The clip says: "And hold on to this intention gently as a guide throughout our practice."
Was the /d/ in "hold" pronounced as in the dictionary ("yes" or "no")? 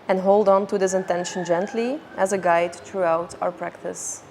yes